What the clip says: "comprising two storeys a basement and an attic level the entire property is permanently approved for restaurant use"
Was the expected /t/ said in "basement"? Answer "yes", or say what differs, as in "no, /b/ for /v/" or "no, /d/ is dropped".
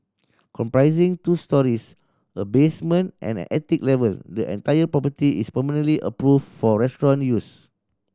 yes